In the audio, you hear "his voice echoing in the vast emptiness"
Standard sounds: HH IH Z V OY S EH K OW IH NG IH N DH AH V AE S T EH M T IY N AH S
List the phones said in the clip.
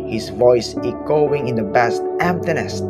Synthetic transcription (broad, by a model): HH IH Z V OY S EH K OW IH NG IH N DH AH B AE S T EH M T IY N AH S